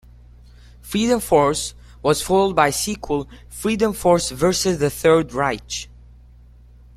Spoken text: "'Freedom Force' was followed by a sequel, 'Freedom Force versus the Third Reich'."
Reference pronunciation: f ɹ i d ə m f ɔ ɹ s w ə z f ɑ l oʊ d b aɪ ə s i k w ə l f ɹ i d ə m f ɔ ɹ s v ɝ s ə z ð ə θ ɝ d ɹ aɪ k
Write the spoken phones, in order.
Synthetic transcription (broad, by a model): f ɹ i d ə m f ɔ ɹ s w ə z f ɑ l d b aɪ ə s i k w ə l f ɹ i d ə m f ɔ ɹ s v ɝ s ə z ð ə θ ɝ d ɹ aɪ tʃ